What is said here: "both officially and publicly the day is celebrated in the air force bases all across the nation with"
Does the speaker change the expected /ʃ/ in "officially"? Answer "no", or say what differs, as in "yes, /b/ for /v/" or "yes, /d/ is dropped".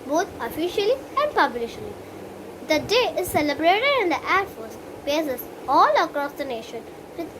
no